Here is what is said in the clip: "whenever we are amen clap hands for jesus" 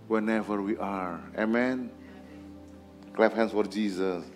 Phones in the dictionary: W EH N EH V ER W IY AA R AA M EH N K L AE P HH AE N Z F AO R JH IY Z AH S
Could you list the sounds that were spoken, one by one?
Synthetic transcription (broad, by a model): W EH N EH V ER W IY AA R AA M EH N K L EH F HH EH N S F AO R JH IY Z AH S